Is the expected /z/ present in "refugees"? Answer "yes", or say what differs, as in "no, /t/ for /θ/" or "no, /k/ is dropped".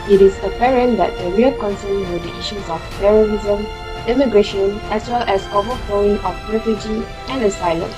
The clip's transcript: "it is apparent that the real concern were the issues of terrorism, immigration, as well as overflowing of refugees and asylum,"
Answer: no, /z/ is dropped